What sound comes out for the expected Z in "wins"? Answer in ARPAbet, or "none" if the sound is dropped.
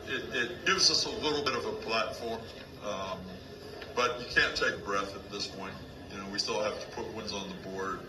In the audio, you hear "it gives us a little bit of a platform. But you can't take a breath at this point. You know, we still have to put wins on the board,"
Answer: Z